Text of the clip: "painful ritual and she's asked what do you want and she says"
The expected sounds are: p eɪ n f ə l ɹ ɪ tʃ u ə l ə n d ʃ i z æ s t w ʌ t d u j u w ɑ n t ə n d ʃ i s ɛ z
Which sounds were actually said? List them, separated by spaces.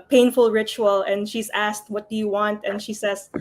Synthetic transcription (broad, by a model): p eɪ n f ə l ɹ ɪ tʃ u ə l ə n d ʃ i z æ s t w ʌ t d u j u w ɑ n t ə n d ʃ i s ɛ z